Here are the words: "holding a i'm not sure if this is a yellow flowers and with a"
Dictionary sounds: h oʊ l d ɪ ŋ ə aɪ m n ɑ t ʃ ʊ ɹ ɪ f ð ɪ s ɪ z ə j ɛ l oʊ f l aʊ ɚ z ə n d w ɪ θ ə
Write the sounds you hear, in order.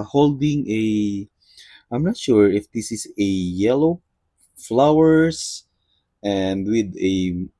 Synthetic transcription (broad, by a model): h oʊ l d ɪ ŋ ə aɪ m n ɑ t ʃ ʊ ɹ ɪ f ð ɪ s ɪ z ə j ɛ l oʊ f l aʊ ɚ s ə n d w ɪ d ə